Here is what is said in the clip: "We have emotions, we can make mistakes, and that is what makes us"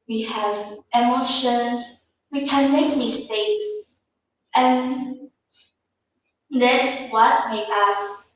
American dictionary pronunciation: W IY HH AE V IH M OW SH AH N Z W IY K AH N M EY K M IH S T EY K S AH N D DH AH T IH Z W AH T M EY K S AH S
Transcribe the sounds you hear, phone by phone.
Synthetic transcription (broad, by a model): W IY HH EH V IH M OW SH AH N S W IY K AH N M EY K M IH S T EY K S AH N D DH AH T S W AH T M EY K AH S